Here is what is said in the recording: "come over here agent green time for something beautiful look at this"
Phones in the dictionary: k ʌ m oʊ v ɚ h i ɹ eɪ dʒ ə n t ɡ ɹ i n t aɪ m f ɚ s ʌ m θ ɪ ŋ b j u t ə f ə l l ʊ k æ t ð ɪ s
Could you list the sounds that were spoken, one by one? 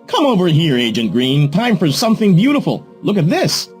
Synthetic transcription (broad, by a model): k ʌ m oʊ v ɚ h i ɹ eɪ dʒ ə n t ɡ ɹ i n t aɪ m f ɚ s ʌ m θ ɪ ŋ b j u t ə f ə l l ʊ k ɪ t ð ɪ s